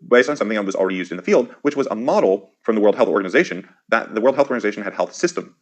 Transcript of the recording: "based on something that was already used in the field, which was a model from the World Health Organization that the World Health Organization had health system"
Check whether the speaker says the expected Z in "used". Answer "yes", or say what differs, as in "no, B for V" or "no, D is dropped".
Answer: yes